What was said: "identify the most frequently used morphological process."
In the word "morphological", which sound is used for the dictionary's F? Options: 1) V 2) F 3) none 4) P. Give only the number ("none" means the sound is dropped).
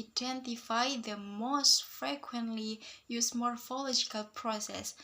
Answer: 2